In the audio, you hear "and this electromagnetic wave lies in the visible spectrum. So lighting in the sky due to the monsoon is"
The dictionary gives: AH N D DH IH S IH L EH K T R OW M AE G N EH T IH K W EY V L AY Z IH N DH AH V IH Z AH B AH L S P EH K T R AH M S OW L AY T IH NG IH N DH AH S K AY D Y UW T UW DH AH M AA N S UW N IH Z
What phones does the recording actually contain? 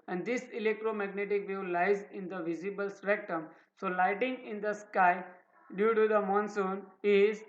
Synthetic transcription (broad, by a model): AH N D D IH S IH L EH K T R OW M AE G N EH T IH K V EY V L AY Z IH N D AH V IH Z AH B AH L S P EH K T AH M S OW L AY T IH NG IH N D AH S K AY D Y UW T UW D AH M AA N S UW N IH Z